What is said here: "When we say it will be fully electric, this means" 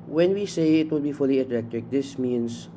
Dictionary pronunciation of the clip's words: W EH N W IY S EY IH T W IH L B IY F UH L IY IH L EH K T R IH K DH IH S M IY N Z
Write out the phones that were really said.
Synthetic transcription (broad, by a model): W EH N W IY S EY IH T W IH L B IY F UH L IY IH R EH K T IH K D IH S M IY N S